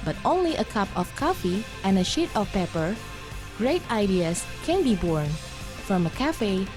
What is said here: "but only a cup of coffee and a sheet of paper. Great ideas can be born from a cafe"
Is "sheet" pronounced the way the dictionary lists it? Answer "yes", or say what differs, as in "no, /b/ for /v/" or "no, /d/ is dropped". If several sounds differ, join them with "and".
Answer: yes